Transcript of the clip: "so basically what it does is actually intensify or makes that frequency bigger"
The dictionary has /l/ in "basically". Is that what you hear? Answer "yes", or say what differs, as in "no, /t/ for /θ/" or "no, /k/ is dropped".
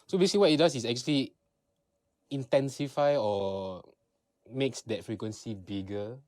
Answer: no, /w/ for /l/